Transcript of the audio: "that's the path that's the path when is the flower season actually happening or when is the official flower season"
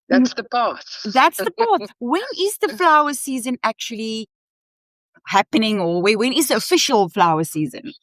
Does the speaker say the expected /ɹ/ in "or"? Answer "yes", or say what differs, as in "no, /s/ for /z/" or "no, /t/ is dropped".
no, /w/ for /ɹ/